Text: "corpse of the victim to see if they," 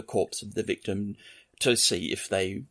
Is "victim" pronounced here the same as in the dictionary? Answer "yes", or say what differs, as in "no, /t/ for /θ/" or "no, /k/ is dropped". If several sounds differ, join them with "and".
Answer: yes